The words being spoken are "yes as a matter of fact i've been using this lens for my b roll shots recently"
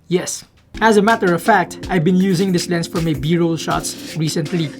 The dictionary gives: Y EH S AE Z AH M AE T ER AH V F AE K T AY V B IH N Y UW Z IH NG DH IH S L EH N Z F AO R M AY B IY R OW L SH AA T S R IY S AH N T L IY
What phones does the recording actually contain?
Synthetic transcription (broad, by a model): Y EH S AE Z AH M AE T ER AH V F AE K T AY V B IH N Y UW Z IH NG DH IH S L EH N S F AO R M AY B IY R OW L SH AA T S R IY S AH N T L IY